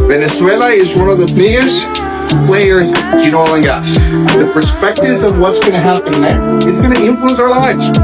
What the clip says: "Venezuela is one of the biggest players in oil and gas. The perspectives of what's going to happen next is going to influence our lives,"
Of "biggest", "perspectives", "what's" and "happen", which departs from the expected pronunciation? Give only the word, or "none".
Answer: none